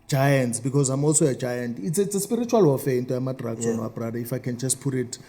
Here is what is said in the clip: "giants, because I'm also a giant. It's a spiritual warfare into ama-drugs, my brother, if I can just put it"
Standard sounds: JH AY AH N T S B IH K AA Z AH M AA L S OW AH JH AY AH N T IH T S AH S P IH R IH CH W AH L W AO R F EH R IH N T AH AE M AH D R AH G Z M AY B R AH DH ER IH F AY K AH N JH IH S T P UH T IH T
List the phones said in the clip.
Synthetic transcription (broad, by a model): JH AY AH N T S B IH K AA Z AH M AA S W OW AH JH AY AH N T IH S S AH S P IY R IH CH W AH L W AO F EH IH N T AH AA M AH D R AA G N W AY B R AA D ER IH F AY K AH N JH IH S T P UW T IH T